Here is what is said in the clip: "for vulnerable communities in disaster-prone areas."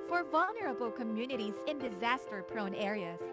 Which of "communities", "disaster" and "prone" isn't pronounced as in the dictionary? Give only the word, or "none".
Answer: none